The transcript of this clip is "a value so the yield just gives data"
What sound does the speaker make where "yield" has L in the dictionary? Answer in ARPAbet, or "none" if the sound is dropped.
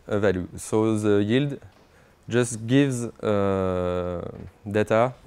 L